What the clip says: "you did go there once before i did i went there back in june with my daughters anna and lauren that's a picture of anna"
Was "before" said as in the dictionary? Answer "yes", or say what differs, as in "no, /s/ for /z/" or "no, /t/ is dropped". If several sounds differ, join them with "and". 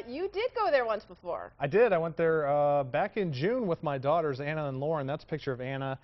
yes